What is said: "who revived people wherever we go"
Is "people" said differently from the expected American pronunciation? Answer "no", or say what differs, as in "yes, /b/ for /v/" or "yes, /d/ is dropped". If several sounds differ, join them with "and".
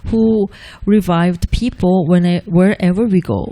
yes, /n/ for /l/